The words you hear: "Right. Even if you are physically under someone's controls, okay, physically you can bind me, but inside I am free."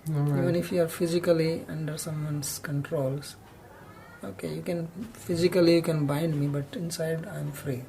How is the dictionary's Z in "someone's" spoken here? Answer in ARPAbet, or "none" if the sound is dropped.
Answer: S